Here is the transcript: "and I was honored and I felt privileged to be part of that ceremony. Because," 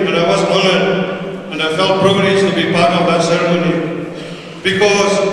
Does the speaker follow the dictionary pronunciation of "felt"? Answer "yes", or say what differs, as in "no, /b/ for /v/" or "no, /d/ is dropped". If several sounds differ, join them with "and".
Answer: yes